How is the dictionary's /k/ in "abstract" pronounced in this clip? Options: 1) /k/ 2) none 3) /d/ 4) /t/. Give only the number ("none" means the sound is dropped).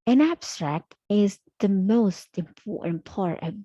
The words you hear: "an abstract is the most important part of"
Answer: 1